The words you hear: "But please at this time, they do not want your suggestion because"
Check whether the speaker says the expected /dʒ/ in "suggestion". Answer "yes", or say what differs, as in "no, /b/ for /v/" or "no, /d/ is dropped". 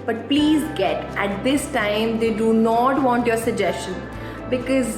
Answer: yes